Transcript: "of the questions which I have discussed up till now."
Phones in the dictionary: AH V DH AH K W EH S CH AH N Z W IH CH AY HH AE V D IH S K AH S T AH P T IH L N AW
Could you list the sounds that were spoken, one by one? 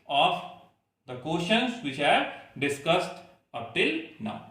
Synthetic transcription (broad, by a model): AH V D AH K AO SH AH N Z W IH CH HH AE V D IH S K AH S T AH P T IH L N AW